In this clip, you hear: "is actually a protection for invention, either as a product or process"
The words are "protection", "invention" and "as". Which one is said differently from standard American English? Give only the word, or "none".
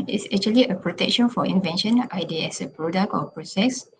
as